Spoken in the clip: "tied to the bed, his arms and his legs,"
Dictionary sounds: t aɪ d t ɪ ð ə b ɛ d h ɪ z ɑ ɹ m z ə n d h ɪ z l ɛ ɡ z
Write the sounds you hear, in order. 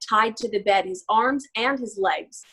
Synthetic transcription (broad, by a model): t aɪ d t ɪ ð ə b ɛ d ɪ z ɑ ɹ m z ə n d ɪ z l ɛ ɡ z